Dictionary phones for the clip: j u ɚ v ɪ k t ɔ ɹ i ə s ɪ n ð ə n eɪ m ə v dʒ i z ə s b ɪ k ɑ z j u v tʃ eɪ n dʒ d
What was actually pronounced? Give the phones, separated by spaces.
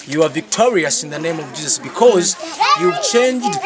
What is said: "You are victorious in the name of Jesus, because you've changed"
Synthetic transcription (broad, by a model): j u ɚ v ɪ k t ɔ ɹ i ə s ɪ n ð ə n eɪ m ə v dʒ i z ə s b ɪ k ɑ z j u v tʃ eɪ n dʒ d